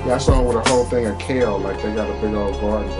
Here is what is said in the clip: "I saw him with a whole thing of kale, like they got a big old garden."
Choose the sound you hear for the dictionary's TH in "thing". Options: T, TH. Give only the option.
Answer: TH